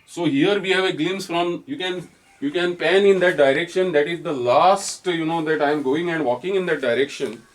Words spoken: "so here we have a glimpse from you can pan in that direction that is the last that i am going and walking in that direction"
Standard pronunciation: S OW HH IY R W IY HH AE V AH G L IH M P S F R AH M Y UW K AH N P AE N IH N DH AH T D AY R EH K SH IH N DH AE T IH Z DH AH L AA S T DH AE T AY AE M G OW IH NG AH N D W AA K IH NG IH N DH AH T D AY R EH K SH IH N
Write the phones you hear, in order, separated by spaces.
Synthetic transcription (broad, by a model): S OW HH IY R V IY HH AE V AH G L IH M S F R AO M Y UW K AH N P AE N IH N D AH T D AY R EH K SH IH N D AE T IH Z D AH L AA S T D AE T AY M G OW IH NG AH N D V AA K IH NG IH N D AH T D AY R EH K SH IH N